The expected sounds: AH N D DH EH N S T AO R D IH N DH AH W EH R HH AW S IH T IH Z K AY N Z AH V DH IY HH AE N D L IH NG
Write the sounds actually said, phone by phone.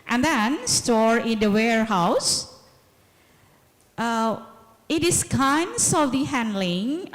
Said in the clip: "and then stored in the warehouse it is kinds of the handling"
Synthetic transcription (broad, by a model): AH N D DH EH N S T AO R IH N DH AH W EH R HH AW S IH T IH S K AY N S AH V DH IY HH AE N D L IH NG